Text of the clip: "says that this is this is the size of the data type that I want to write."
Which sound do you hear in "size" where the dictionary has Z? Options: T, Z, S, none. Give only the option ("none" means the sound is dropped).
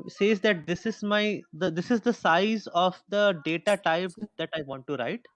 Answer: Z